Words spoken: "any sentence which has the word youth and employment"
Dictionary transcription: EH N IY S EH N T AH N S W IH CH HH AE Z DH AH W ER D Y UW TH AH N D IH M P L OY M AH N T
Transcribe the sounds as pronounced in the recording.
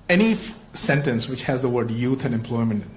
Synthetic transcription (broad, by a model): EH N IY S EH N T AH N S W IH CH HH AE Z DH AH W ER D Y UW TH AH N D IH M P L OY M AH N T